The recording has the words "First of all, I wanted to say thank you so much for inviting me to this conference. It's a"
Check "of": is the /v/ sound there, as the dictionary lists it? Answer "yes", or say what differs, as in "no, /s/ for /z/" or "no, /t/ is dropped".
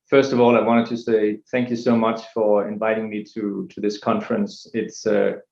yes